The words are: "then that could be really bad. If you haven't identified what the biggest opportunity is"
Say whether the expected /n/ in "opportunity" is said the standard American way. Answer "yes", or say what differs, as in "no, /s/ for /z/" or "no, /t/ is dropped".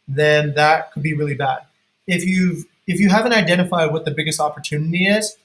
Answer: yes